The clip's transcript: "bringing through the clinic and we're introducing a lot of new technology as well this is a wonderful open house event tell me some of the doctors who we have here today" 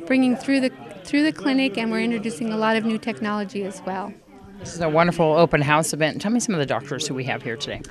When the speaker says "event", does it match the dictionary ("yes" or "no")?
no